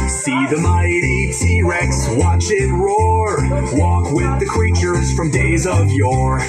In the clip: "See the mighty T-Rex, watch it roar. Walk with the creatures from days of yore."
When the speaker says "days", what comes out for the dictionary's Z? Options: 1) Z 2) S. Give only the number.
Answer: 1